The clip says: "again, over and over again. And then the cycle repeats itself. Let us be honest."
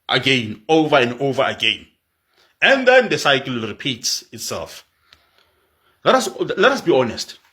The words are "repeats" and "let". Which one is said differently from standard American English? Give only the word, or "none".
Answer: none